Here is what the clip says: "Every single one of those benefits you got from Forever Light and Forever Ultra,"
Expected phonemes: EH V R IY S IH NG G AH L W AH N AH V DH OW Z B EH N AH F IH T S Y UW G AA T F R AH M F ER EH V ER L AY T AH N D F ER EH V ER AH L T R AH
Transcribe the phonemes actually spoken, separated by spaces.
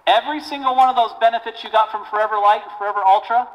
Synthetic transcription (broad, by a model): EH V R IY S IH NG G L W AH N AH V DH OW Z B EH N AH F IH T S Y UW G AA T F R AH M F ER EH V ER L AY AH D F ER EH V ER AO L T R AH